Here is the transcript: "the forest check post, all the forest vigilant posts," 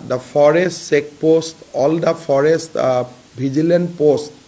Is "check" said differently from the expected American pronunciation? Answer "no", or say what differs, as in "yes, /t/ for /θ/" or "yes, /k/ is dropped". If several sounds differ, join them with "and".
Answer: yes, /s/ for /tʃ/